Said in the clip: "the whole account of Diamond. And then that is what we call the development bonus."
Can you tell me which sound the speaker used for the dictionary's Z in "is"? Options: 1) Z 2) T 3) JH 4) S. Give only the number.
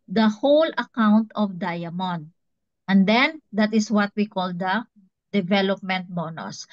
4